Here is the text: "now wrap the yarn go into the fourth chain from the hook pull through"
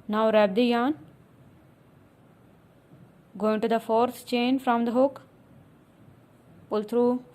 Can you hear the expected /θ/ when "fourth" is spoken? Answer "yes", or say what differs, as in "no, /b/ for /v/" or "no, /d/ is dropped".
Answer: no, /t/ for /θ/